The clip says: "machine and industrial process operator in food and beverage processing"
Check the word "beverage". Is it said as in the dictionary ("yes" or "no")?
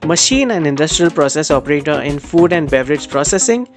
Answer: yes